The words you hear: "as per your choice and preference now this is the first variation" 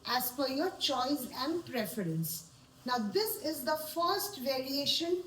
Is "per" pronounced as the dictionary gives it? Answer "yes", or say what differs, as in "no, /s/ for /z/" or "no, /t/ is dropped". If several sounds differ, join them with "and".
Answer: no, /f/ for /p/